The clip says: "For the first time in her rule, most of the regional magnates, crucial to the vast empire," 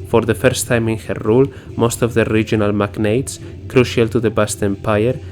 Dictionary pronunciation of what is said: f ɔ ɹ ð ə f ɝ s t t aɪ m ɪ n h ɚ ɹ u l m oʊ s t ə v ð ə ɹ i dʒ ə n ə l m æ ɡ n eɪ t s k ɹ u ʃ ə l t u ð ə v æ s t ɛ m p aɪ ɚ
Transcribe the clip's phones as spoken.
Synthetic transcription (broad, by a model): f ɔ ɹ ð ə f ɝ s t t aɪ m ɪ n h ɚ ɹ u l m oʊ s t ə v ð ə ɹ i dʒ ə n ə l m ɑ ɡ n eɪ t s k ɹ u ʃ ə l t u ð ə b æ s t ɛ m p aɪ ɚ